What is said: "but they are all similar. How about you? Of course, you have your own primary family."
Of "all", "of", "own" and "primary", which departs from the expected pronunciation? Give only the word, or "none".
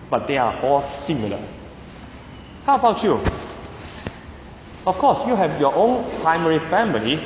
of